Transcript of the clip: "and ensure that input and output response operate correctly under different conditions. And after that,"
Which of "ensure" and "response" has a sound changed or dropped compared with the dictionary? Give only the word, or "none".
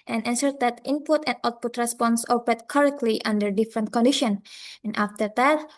ensure